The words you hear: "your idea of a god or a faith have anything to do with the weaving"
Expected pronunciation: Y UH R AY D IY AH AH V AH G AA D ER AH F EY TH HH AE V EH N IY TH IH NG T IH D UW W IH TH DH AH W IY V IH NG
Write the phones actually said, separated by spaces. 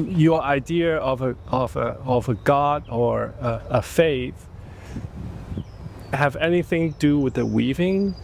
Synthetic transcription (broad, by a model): Y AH R AY D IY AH AH V AH G AA D ER AH F EY TH HH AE V EH N IY TH IH NG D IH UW W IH DH AH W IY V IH NG